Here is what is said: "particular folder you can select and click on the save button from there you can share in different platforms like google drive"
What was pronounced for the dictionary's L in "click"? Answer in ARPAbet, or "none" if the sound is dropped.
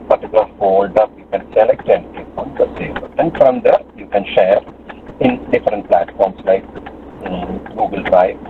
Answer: none